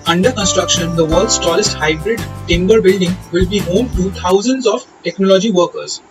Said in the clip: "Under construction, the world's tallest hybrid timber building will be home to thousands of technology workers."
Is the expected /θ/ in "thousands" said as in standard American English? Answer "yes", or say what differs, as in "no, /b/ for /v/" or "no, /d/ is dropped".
no, /t/ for /θ/